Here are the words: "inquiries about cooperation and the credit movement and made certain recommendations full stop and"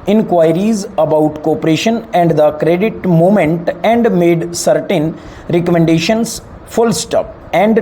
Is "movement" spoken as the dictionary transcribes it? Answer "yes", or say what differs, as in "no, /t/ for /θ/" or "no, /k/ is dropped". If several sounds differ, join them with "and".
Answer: no, /v/ is dropped